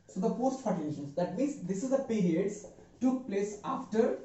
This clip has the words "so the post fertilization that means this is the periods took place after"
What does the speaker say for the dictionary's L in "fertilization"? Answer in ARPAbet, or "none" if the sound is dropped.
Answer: none